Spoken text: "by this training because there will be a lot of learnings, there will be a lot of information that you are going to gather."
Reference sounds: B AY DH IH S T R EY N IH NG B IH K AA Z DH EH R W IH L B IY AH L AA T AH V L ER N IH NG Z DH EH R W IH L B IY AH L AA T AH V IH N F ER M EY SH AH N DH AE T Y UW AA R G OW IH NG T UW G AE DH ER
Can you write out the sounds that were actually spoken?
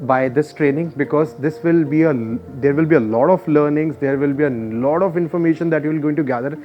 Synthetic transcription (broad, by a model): B AY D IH S T R EY N IH NG B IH K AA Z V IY R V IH L B IY AH L AA T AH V L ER N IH NG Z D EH R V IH L B IY AH L AA T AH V IH N F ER M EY SH AH N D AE T Y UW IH L G OW IH NG T UW G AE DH ER